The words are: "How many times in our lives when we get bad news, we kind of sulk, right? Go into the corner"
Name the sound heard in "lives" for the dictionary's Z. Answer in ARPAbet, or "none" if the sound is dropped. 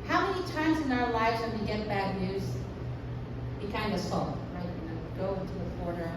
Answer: Z